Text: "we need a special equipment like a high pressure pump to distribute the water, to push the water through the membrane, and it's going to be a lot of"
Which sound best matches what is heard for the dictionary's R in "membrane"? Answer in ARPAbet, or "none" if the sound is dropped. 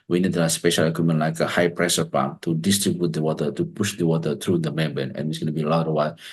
none